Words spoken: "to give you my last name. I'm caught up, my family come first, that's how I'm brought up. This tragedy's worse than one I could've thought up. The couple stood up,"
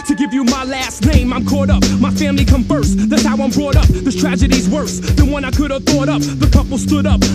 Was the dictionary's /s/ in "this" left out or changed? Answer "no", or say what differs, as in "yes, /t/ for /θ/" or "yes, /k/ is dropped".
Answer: yes, /s/ is dropped